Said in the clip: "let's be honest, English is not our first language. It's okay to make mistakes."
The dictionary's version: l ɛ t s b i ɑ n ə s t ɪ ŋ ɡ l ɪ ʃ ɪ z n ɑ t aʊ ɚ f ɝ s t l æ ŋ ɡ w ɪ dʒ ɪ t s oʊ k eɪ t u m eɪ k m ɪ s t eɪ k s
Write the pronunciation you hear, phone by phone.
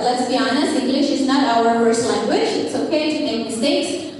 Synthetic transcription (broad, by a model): l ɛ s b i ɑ n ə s ɪ ŋ ɡ l ɪ ʃ ɪ z n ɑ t aʊ ɚ p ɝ s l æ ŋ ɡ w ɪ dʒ ɪ t s oʊ k eɪ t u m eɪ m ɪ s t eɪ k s